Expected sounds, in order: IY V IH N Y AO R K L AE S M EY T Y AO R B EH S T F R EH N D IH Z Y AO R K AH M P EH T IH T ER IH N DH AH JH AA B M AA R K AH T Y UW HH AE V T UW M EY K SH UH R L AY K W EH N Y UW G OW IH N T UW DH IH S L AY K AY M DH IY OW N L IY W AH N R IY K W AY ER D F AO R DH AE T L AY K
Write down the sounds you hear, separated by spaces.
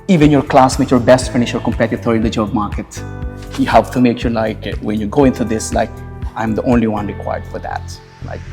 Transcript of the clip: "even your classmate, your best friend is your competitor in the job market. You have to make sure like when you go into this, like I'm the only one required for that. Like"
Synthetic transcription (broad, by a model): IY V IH N Y AO R K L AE S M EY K Y AO R B EH S T F IH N IH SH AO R K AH M P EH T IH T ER IH N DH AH JH AA B M AA R K AH T Y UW HH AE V T UW M EY K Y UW L AY K W EH N Y UW G OW IH N T UW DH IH S L AY K AY M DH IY OW N L IY W AH N R IY K W AY ER D F AO R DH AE T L AY K